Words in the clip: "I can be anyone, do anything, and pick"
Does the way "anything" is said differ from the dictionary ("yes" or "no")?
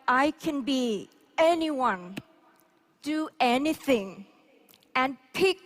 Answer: no